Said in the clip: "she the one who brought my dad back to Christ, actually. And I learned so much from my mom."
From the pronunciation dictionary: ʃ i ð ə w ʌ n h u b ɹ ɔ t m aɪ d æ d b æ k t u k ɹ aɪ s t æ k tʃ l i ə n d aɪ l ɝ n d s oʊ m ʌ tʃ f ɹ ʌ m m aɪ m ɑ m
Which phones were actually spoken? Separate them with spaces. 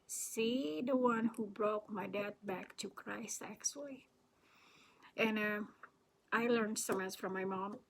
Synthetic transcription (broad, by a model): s i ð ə w ʌ n h u b ɹ ɔ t m aɪ d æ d b æ k t u k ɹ aɪ s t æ k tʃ l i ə n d aɪ l ɝ n d s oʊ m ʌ s f ɹ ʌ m m aɪ m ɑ m